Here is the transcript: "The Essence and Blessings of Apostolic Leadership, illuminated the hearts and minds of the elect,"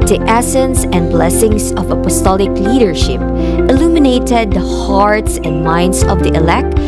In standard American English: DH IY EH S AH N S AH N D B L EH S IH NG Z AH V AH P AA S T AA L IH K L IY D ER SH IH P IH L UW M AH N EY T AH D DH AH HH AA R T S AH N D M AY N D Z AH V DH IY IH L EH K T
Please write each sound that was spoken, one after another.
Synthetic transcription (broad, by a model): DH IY EH S AH N S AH N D B L EH S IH NG S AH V AH P AA S T AA L IH K L IY D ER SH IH P IH L UW M AH N EY T AH D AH HH AA R T S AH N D M AY N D S AH V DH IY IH L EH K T